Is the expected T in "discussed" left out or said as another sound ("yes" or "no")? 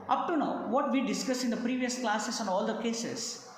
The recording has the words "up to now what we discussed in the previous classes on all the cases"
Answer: yes